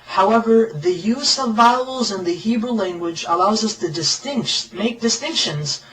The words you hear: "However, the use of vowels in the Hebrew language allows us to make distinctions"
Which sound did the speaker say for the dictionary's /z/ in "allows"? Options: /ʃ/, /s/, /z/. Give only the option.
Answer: /z/